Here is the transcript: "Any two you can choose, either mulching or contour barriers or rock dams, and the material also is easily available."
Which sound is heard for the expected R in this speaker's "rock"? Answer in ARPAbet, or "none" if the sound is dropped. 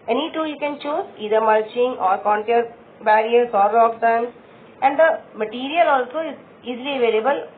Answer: L